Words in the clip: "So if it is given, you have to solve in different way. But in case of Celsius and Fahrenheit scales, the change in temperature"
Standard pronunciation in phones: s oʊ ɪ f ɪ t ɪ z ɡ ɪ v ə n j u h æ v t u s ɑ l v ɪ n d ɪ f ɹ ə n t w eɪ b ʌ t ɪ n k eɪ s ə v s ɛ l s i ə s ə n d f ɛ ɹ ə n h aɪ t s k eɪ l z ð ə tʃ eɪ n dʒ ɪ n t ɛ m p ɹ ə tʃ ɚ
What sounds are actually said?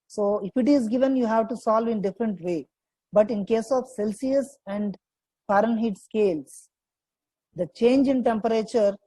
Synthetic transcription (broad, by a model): s oʊ ɪ f ɪ t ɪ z ɡ ɪ v ə n j u h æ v t u s ɑ l v ɪ n d ɪ f ɹ ə n t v eɪ b ʌ t ɪ n k eɪ s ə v s ɛ l s i ə s ə n d p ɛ ɹ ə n h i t s k eɪ l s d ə tʃ eɪ n dʒ ɪ n t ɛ m p ɹ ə tʃ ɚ